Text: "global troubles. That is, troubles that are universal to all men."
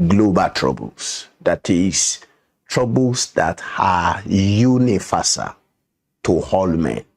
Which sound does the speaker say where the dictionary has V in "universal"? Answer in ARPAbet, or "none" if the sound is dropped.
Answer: F